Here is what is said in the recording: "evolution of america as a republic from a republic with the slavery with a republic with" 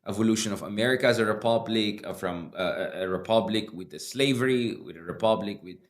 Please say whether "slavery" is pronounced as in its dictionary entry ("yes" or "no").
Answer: yes